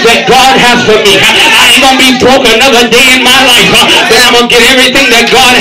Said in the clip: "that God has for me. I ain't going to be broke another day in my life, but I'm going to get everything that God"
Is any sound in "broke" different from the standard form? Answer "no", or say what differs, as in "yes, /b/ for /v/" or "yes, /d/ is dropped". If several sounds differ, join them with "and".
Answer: yes, /k/ is dropped